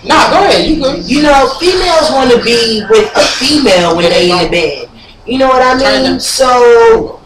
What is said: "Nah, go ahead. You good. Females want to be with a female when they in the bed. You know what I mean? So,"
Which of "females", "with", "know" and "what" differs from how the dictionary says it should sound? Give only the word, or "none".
none